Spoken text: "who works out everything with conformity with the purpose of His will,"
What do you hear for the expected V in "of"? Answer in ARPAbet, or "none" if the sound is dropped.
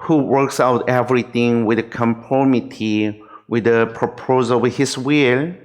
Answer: W